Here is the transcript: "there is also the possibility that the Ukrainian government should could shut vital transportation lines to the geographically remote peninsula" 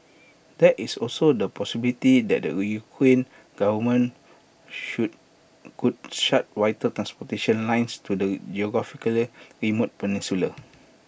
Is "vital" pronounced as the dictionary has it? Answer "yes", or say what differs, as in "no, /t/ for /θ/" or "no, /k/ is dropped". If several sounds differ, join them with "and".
no, /w/ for /v/